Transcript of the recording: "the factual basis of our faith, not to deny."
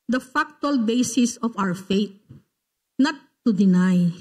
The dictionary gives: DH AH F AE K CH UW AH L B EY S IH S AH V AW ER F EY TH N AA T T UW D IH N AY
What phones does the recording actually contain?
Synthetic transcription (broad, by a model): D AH F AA K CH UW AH L B EY S IH S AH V AW ER F EY T N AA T T UW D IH N AY